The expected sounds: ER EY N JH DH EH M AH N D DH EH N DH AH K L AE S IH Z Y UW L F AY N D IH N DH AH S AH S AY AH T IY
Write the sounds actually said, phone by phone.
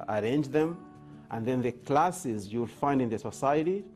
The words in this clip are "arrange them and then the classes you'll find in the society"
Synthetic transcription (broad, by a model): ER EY N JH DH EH M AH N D DH EH N DH AH K L AE S IH Z Y UW L F AY N D IH N DH AH S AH S AY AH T IY